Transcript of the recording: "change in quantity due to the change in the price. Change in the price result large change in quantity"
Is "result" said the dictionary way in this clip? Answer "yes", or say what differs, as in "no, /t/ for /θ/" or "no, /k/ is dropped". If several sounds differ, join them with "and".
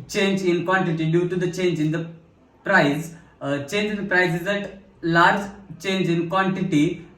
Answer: no, /l/ is dropped